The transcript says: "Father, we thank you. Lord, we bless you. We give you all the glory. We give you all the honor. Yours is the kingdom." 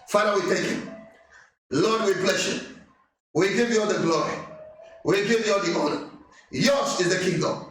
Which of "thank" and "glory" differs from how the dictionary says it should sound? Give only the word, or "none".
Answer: thank